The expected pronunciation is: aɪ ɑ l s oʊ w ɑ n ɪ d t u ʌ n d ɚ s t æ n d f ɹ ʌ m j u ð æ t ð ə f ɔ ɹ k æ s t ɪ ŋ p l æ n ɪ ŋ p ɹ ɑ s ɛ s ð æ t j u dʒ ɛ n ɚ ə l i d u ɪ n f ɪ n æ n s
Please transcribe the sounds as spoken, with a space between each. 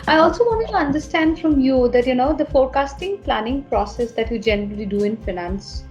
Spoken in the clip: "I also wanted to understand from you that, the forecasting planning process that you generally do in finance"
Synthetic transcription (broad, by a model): aɪ ɑ l s oʊ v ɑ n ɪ t u ʌ n d ɚ s t æ n d f ɹ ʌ m j u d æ t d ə f ɔ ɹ k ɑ s t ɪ ŋ p l æ n ɪ ŋ p ɹ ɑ s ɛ s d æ t j u dʒ ɛ n ɚ ə l i d u ɪ n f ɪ n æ n s